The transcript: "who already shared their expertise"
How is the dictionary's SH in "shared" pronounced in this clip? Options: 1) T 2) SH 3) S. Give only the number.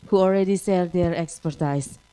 3